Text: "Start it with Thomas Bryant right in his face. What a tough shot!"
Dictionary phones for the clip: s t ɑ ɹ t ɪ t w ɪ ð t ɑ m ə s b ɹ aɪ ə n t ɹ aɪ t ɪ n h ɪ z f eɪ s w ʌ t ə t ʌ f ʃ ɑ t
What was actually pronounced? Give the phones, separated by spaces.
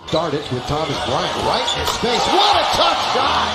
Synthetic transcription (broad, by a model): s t ɑ ɹ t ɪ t w ɪ ð t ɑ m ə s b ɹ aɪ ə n ɹ aɪ t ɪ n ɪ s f eɪ s w ʌ t ə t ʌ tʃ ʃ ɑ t